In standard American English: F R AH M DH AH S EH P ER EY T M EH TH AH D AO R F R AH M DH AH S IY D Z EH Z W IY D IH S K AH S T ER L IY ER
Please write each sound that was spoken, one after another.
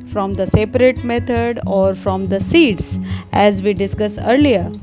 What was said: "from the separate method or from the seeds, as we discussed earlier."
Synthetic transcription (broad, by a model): F R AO M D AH S EH P ER EY T M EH T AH D AO R F R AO M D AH S IY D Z EH Z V IY D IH S K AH S ER L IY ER